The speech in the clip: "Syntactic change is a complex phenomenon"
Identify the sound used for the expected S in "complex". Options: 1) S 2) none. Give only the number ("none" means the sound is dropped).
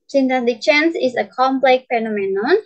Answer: 2